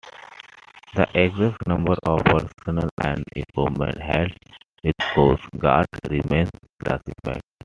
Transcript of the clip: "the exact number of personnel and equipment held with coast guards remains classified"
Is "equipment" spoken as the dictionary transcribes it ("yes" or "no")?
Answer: no